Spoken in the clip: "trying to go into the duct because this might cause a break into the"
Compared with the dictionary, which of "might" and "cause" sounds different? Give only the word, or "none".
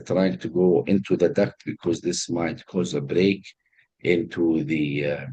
none